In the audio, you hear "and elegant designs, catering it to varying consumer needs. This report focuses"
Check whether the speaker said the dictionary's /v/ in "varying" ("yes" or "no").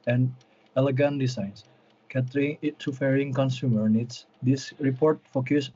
no